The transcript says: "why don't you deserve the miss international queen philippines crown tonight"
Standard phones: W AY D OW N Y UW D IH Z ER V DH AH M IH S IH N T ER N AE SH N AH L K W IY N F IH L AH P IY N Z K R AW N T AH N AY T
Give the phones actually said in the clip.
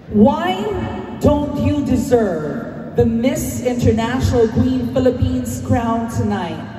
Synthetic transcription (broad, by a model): W AY D OW N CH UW D IH Z ER V DH AH M IH S IH N T ER N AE SH N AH L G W IY N F IH L AH P IY N Z K R AW N T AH N AY T